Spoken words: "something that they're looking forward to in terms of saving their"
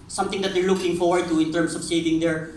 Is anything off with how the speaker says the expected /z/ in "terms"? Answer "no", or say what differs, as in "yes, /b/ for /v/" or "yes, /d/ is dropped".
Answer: yes, /s/ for /z/